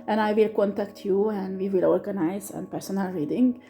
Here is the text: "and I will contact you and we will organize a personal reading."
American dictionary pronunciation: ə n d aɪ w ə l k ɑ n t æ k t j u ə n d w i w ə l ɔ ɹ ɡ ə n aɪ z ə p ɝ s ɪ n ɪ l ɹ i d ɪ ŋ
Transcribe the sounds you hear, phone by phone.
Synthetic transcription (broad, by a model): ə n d aɪ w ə l k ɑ n t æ k t j u ə n d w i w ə l ɔ ɹ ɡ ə n aɪ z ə p ɝ s ɪ n ɪ l ɹ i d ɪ ŋ